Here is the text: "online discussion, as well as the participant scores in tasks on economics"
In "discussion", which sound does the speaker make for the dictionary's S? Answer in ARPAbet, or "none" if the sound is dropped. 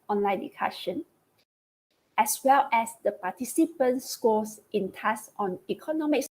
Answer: none